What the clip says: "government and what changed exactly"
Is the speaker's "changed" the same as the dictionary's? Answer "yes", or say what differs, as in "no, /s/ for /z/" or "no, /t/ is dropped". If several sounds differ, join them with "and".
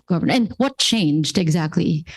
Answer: yes